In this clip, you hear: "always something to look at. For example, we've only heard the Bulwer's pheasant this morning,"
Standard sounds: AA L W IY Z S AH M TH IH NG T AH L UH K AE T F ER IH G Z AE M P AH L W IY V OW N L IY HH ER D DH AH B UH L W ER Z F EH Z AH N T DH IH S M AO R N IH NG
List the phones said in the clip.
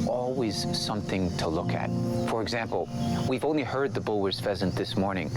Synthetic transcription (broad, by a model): AA L W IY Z S AH M TH IH NG T AH L UH K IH T F ER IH G Z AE M P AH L W IY V OW N L IY HH ER D DH AH B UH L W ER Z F EH Z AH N DH IH S M AO R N IH NG